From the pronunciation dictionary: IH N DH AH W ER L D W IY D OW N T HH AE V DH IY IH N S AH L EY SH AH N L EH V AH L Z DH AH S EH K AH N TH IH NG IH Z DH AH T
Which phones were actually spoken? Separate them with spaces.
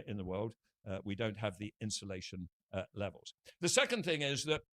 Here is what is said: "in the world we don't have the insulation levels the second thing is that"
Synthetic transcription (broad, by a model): IH N DH AH W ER L D W IY D OW N T HH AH V DH IY IH N S AH L EY SH AH N L EH V AH L Z DH AH S EH K AH N TH IH NG IH Z DH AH T